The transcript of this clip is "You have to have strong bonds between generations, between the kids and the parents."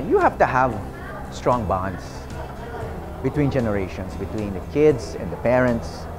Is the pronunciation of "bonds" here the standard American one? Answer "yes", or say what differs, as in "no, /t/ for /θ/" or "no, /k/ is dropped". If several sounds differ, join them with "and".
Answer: no, /s/ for /z/